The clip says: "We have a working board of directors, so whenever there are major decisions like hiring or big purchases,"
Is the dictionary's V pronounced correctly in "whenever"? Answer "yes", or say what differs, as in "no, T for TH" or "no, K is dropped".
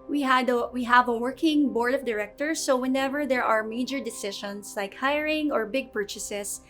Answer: yes